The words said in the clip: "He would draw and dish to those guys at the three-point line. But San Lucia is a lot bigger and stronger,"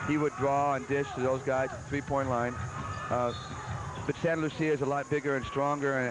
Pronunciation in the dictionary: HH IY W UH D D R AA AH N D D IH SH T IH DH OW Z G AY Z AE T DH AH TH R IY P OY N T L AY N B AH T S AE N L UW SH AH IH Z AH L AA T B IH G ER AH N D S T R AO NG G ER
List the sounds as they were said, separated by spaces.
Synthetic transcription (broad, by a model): HH IY W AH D D R AA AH N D D IH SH T IH DH OW Z G AY Z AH TH R IY P OY N T L AY N B AH T S AE N L UW S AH IH Z AH L AA T B IH G ER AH N S T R AO NG G ER